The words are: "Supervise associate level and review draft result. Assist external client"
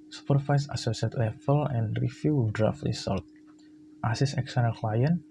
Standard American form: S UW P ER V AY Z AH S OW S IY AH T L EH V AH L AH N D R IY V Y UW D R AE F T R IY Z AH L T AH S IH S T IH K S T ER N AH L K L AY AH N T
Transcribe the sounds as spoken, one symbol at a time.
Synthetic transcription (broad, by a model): S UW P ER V AY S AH S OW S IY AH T L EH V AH L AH N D R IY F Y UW D R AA F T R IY S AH L T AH S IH S IH K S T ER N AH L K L AY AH N